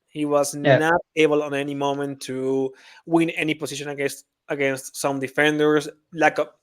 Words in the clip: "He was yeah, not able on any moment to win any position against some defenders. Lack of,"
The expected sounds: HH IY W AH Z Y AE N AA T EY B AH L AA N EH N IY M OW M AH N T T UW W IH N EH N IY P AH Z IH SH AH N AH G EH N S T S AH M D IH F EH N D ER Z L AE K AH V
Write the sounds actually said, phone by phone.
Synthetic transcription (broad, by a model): HH IY W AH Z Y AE N AA T EY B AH L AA N EH N IY M OW M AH N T T UW W IH N EH N IY P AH S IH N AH N AH G EH N S T S AH M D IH F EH N D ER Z L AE K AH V